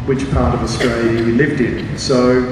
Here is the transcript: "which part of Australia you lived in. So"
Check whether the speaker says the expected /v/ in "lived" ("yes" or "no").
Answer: yes